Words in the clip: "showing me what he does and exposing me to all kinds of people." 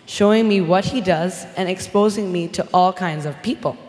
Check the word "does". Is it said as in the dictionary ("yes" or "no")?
yes